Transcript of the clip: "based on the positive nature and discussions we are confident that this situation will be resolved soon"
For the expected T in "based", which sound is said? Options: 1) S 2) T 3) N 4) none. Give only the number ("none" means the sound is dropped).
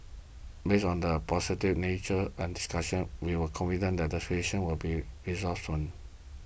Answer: 4